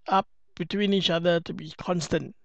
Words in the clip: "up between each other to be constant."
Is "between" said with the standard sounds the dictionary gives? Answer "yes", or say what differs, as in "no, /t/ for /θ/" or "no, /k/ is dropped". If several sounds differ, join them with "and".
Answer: yes